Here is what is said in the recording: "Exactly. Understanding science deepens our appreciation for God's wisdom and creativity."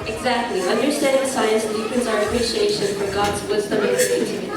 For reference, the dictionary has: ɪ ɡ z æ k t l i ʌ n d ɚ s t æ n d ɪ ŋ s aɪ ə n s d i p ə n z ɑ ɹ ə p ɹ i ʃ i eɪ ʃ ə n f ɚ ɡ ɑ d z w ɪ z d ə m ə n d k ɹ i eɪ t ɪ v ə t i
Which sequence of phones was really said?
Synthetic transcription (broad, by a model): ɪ ɡ z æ k t l i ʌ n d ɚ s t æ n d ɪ s aɪ ə n s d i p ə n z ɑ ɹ ə p ɹ i ʃ i eɪ ʃ ə n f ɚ ɡ ɑ d z w ɪ z d ə m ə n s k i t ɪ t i